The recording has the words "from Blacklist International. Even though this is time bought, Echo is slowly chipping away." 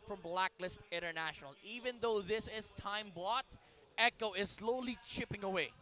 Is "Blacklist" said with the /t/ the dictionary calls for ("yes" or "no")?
yes